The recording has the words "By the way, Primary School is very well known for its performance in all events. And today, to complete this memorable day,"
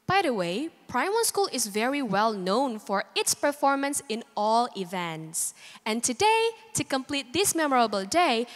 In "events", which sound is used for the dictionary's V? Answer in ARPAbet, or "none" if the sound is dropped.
V